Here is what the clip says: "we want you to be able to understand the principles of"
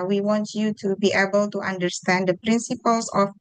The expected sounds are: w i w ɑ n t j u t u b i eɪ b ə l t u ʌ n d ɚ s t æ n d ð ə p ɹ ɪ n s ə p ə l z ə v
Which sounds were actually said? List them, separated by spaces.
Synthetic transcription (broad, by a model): w i w ɑ n t j u t u b i eɪ b ə l t u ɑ n d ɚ s t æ n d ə p ɹ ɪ n s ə p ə l s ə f